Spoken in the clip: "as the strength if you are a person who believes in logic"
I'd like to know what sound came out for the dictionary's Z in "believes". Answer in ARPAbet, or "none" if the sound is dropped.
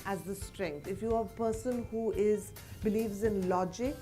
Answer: Z